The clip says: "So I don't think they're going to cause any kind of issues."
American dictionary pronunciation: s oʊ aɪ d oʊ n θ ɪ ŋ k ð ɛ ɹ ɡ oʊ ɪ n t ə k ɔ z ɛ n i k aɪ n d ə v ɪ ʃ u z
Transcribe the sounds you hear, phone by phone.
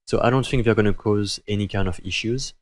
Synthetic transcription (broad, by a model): s oʊ aɪ d oʊ n θ ɪ ŋ k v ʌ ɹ ɡ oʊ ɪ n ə k ɔ z ɛ n i k aɪ n d ə v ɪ ʃ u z